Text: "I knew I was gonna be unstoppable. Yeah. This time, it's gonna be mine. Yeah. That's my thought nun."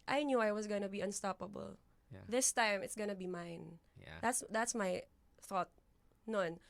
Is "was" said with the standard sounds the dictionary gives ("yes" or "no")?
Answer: no